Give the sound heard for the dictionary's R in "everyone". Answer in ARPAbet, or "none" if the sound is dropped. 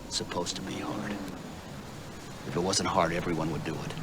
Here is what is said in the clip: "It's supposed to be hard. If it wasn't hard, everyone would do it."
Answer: R